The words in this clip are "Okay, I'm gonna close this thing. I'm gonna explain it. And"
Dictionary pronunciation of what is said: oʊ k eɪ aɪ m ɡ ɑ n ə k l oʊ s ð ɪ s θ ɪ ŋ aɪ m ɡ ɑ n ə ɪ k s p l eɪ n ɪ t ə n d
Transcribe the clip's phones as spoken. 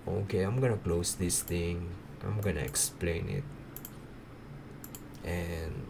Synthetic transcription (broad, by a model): oʊ k eɪ aɪ m ɡ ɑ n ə k l oʊ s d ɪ s t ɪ ŋ aɪ m ɡ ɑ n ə ɪ k s p l eɪ n ɪ t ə n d